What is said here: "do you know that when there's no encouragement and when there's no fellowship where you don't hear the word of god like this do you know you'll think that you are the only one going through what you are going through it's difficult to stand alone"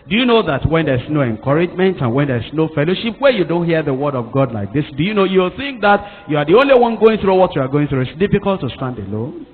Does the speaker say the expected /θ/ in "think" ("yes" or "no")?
yes